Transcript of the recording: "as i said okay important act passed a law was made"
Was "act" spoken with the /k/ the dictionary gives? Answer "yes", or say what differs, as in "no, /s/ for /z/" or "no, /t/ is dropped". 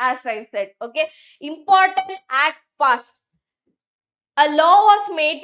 no, /k/ is dropped